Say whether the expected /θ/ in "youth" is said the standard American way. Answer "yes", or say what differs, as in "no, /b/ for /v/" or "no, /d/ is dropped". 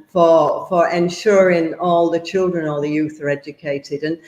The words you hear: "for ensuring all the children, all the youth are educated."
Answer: yes